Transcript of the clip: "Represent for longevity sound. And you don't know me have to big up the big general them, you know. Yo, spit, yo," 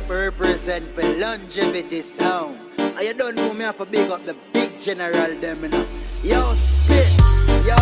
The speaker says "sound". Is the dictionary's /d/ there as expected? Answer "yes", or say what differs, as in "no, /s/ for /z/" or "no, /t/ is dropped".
no, /d/ is dropped